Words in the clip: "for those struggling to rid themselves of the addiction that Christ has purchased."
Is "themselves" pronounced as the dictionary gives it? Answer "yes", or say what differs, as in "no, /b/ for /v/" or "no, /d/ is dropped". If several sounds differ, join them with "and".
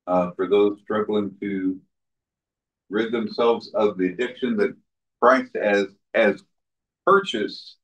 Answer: yes